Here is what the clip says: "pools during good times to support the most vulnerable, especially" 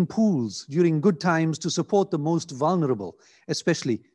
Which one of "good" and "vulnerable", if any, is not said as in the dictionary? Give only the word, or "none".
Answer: none